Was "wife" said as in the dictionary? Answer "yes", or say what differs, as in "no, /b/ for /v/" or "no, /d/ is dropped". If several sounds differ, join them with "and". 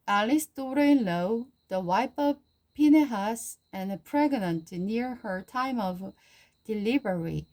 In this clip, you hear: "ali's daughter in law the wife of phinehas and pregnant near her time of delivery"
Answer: no, /p/ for /f/